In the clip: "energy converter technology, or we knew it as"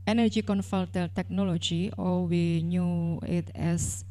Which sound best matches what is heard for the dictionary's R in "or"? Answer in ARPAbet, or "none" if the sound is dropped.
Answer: L